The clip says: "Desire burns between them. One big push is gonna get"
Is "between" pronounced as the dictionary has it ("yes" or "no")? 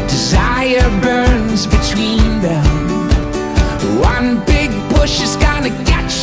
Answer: yes